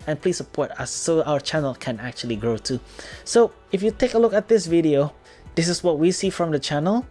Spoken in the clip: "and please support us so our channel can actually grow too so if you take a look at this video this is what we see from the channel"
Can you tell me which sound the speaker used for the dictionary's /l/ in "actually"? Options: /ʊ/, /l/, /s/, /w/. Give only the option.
/l/